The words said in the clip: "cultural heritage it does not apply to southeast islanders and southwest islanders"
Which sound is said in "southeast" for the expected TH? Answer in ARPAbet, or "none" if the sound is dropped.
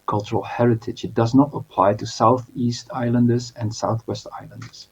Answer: TH